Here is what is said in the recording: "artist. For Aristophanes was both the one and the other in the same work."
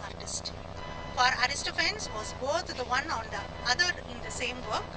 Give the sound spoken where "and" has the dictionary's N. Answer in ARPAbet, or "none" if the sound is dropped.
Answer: L